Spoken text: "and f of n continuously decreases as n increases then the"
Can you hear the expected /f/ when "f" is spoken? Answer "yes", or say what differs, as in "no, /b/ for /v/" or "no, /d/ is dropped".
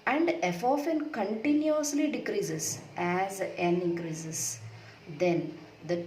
yes